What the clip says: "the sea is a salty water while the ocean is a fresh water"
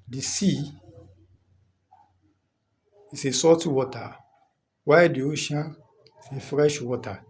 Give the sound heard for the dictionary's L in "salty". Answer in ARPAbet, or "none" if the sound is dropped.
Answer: none